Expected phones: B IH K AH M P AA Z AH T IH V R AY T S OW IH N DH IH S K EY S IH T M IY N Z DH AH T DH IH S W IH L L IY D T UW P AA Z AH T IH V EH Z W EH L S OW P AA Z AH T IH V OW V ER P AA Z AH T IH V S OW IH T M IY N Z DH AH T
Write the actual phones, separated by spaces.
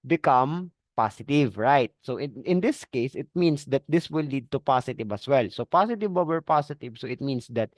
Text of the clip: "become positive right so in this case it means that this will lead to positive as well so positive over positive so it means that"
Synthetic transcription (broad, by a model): B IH K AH M P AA S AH T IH V R AY T S OW IH N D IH S K EY S IH T M IY N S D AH T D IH S W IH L L IY D T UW P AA S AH T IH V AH S W EH L S OW P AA S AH T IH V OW W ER P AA S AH T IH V S OW IH T M IY N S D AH T